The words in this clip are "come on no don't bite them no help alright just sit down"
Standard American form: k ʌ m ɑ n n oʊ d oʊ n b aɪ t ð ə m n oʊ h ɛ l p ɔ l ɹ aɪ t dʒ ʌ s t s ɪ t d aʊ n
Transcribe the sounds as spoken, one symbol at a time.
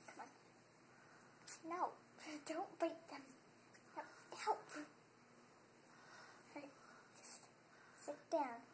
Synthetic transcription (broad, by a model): k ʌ m ɑ n n oʊ d oʊ n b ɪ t ð ə m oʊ h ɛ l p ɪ ɹ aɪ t dʒ ʌ s t s ɪ t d aʊ n